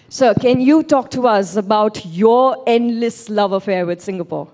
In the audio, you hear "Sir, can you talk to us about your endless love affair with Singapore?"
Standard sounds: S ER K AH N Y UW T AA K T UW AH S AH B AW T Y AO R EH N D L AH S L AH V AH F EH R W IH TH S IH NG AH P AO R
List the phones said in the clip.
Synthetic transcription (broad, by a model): S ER K AH N Y UW T AA K T UW AH S AH B AW T Y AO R EH N D L AH S L AH V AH F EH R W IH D S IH NG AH P AO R